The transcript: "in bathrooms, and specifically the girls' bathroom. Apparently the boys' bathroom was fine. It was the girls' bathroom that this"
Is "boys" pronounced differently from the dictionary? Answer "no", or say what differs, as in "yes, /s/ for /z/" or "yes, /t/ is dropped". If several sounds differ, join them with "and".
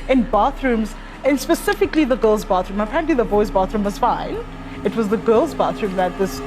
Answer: no